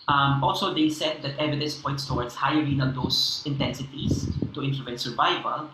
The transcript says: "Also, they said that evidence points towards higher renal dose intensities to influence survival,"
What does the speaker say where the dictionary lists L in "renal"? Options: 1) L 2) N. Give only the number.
2